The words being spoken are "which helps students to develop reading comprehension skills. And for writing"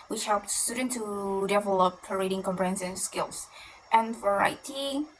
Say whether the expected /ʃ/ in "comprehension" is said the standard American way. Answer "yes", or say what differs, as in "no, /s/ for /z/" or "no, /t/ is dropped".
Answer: no, /s/ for /ʃ/